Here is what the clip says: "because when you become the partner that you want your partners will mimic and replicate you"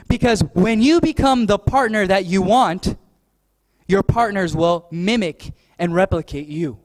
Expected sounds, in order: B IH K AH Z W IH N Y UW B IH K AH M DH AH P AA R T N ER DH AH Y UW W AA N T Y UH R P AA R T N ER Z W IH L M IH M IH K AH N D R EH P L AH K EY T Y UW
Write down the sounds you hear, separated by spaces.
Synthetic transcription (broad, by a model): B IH K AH Z W IH N Y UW B IH K AH M DH AH P AA R T N ER DH AH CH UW W AA N T Y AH R P AA R T N ER Z W IH L M IH M IH K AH N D R EH P L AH K EY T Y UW